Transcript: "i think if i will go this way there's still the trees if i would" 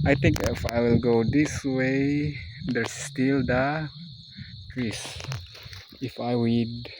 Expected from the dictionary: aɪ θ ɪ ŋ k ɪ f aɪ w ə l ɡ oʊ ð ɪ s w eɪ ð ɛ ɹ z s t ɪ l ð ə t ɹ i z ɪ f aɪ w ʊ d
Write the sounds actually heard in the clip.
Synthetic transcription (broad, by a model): aɪ t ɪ ŋ k ɪ f aɪ w ə l ɡ oʊ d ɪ s w eɪ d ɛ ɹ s t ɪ l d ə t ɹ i s ɪ f aɪ w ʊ d